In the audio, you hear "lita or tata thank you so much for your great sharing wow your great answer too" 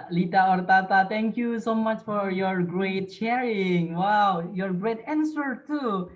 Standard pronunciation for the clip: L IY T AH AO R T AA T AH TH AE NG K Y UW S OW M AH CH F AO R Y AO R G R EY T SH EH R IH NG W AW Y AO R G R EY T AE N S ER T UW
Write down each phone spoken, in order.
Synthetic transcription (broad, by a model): L IY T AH AO R T AA T AH T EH NG K Y UW S OW M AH CH F AO R Y AO R G R EY T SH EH R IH NG W AW Y AO R G R EY T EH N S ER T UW